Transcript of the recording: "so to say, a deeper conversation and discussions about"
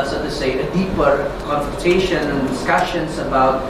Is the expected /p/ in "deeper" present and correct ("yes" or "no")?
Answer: yes